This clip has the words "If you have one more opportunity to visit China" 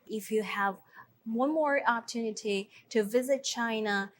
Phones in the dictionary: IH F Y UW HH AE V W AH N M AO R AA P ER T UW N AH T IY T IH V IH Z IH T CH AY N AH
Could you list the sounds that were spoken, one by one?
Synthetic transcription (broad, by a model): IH F Y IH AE V W AH N M AO R AA P ER T UW N AH T IY T IH V IH Z IH T CH AY N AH